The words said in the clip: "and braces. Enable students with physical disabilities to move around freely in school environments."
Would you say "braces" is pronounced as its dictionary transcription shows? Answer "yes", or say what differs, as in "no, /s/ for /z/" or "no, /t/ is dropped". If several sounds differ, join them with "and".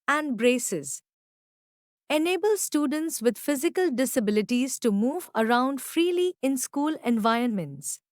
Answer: yes